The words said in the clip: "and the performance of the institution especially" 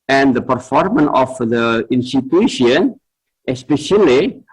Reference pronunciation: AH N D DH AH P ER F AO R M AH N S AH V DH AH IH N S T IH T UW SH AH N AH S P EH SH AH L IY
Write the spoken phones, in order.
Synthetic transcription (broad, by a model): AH N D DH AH P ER F AO R M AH N AH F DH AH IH N S T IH T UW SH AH N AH S P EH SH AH L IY